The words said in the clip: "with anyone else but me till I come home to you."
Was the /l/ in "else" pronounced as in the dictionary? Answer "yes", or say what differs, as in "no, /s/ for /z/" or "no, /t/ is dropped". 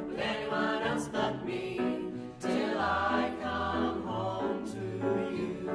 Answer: no, /l/ is dropped